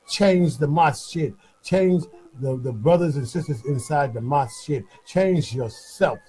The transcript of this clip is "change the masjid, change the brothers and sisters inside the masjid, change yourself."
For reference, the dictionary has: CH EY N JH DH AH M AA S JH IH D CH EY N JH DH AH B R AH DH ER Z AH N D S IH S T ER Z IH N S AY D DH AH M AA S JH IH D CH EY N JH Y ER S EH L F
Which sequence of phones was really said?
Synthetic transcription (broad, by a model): CH EY N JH DH AH M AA S SH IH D CH EY N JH DH AH B R AH DH ER Z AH N S IH S T ER Z IH N S AY D DH AH M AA S SH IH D CH EY N JH Y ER S EH L F